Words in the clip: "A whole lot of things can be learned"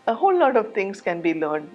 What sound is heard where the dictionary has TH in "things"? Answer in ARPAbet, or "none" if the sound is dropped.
T